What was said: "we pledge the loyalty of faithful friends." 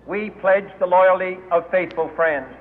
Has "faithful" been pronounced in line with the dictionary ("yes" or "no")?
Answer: yes